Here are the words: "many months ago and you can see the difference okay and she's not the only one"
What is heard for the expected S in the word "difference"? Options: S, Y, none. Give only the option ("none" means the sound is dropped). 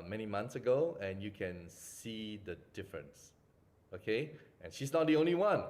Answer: S